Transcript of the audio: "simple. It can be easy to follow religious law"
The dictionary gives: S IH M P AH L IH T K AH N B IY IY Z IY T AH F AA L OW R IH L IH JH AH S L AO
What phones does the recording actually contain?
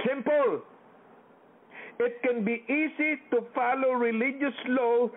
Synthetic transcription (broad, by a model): S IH M P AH L IH T K AH N B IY IY S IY T AH F AA L OW R IH L IH JH AH S L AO